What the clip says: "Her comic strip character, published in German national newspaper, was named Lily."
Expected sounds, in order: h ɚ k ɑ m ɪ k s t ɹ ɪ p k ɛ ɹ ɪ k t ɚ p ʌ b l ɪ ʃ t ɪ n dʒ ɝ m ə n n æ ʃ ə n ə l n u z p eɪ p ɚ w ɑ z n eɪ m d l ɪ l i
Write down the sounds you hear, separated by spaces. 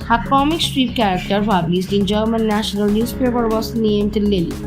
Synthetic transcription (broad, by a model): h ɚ k ɑ m ɪ k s t ɹ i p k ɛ ɹ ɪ k t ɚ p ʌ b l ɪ s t ɪ n dʒ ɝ m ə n n æ ʃ ə n ə l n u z p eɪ p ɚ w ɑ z n eɪ m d l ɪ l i